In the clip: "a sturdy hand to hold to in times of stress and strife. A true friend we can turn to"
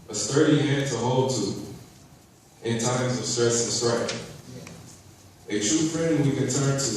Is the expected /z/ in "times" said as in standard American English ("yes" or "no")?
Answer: yes